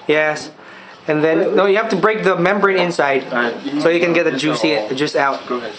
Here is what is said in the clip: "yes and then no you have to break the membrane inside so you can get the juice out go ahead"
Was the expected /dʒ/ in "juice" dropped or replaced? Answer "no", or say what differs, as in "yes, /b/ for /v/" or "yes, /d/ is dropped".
no